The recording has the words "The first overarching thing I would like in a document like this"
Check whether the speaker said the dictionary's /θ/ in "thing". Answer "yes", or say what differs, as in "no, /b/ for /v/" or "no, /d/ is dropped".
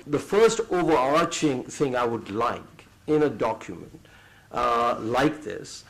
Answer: yes